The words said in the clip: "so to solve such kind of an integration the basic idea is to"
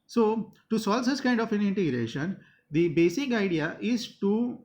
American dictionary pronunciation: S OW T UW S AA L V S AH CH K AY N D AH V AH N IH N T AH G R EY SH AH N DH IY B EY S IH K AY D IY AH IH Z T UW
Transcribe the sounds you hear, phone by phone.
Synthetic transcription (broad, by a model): S OW T UW S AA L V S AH S K AY N D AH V AH N IH N T AH G R EY SH AH N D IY B EY S IH K AY D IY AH IH Z T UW